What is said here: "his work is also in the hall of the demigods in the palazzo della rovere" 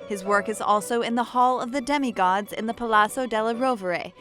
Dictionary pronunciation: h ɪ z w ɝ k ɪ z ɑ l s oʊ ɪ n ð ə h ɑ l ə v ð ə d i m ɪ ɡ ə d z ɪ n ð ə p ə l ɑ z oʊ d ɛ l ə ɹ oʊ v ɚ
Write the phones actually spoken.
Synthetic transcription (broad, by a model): h ɪ z w ɝ k ɪ z ɑ l s oʊ ɪ n ð ə h ɑ l ə v ð ə d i m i ɡ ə d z ɪ n ð ə p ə l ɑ s oʊ d ɛ l ə ɹ oʊ v ɚ